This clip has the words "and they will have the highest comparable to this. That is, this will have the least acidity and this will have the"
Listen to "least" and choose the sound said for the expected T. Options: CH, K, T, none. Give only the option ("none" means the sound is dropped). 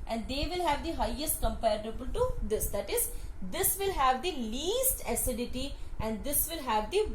T